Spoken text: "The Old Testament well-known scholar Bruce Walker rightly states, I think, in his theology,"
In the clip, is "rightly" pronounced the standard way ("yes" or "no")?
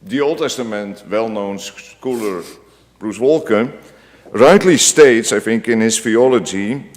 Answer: no